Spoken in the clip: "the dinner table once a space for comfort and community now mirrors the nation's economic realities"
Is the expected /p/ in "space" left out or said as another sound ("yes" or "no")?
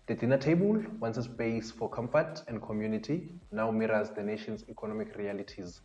yes